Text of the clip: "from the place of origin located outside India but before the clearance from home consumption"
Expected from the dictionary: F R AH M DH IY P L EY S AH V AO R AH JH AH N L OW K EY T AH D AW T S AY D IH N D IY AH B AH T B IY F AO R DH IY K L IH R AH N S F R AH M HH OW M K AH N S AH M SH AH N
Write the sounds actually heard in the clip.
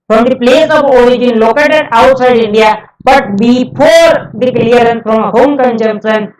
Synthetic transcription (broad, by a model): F R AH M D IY P L EY S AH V AO R AH JH AH N L OW K EY T AH D AW T S AY D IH N D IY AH B AH T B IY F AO R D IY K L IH R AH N F R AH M HH OW M K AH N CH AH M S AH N